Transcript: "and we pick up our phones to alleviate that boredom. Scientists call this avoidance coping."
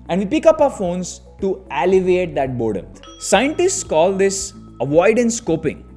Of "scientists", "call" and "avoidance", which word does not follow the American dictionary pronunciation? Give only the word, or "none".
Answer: none